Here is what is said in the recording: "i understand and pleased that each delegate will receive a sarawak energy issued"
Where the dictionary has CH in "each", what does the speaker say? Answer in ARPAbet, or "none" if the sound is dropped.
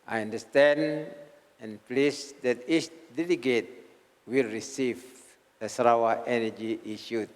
S